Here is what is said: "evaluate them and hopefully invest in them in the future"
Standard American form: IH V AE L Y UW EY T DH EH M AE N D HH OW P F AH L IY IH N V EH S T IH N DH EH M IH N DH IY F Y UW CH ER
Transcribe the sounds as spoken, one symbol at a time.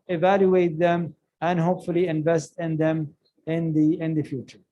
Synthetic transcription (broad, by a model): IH V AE L Y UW EY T DH EH M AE N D HH OW P F AH L IY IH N V EH S T IH N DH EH M IH N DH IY F Y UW CH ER